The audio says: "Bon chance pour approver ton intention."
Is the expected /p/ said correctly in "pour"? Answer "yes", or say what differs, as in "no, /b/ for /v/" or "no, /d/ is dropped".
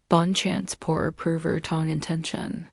yes